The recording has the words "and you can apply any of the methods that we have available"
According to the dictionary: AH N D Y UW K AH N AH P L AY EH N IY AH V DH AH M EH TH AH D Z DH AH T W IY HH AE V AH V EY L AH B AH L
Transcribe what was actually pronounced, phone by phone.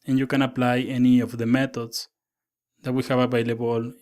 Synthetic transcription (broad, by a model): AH N Y UW K AH N AH P L AY EH N IY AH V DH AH M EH T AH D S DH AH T W IY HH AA B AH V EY L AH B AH L